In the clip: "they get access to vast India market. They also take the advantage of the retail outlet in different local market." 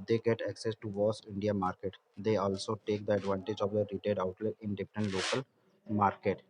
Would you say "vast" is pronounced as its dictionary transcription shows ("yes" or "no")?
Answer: no